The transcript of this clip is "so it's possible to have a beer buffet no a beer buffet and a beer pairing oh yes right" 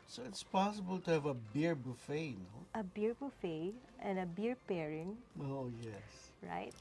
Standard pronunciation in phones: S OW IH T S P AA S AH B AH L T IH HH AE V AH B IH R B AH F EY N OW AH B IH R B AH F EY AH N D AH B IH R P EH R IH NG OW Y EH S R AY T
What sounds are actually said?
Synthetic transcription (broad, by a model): S OW IH T S P AA S AH B AH L T IH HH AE V AH B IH R B AH F EY N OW AH B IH R B AH F EY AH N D AH B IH R P EH R IH NG OW Y EH S R AY T